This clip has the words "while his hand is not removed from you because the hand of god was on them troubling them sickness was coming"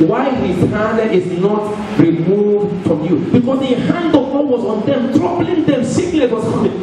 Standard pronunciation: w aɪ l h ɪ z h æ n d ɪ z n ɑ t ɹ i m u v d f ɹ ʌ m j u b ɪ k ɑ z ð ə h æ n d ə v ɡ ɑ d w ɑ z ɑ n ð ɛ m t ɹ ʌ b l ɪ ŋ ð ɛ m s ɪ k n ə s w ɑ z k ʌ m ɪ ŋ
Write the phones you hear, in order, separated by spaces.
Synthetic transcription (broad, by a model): w aɪ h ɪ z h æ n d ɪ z n ɑ t ɹ i m u v d f ɹ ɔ m j u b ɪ k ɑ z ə h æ n d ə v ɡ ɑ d w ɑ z ɑ n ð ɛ m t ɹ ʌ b l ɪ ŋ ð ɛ m s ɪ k l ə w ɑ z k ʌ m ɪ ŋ